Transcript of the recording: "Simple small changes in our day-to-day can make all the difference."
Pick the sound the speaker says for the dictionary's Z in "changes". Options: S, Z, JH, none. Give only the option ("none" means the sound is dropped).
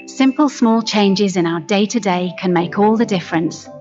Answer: Z